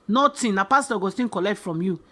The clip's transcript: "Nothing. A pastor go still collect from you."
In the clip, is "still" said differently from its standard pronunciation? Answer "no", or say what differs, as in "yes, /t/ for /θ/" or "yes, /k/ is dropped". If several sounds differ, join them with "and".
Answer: yes, /n/ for /l/